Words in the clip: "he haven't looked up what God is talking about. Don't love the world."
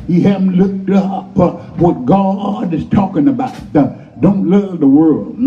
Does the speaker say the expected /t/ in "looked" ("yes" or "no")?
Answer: yes